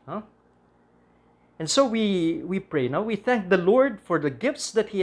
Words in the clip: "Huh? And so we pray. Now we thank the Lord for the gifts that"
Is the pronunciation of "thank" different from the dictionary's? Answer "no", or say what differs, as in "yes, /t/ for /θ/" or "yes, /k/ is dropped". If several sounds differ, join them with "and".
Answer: no